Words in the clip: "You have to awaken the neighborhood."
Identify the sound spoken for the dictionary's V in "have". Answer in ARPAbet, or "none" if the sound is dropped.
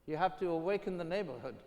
F